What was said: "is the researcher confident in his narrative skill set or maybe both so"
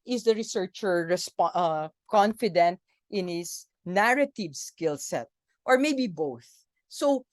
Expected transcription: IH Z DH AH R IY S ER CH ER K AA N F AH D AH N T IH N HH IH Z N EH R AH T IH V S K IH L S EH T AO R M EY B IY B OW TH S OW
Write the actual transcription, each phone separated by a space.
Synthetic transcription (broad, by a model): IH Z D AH R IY S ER CH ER K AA N F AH D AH N T IH N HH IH S N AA R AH T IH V S K IH L S EH T AO R M EY B IY B OW TH S OW